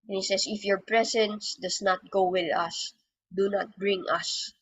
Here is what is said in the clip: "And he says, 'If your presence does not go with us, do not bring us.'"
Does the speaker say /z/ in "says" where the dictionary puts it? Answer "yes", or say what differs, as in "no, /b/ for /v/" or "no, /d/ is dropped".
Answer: no, /s/ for /z/